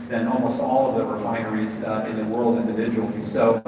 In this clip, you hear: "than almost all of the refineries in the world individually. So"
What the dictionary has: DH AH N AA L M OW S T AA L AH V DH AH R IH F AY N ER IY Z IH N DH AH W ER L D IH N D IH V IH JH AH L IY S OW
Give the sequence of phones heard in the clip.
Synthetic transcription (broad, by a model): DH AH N AA L M OW S T AA L AH V DH AH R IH F AY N ER IY Z IH N DH AH W ER L D IH N D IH V IH JH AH L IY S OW